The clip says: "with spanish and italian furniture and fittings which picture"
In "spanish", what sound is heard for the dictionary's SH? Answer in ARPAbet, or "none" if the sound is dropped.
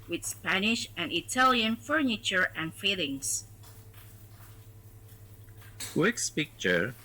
SH